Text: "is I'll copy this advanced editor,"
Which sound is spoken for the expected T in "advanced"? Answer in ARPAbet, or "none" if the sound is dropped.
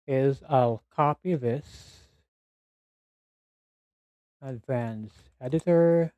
none